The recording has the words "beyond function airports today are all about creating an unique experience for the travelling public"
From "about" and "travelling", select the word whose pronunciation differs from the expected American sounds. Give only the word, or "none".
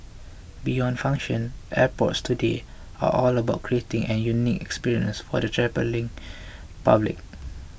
travelling